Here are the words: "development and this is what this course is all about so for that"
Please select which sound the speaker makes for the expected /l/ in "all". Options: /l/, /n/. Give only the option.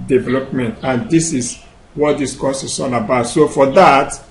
/n/